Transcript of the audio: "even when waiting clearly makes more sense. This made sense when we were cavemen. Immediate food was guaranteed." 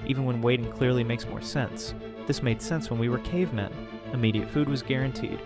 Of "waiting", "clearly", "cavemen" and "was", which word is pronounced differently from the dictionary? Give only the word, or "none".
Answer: none